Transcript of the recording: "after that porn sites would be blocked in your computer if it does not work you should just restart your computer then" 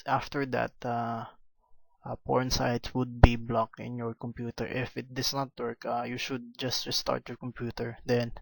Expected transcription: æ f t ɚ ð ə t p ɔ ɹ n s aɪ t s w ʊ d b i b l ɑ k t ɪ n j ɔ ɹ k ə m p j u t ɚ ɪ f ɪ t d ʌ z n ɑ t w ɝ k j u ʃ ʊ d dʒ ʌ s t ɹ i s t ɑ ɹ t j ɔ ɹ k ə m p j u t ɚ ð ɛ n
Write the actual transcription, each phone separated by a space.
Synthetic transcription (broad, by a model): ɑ f t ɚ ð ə t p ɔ ɹ n s aɪ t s w ʊ d b i b l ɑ k ɪ n j ɔ ɹ k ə m p j u t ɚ ɪ f ɪ t d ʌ s n ɑ t w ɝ k j u ʃ ʊ d dʒ ʌ s t ɹ i s t ɑ ɹ t j ɔ ɹ k ə m p j u t ɚ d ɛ n